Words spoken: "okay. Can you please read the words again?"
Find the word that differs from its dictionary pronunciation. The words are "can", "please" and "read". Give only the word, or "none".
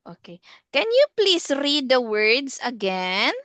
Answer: please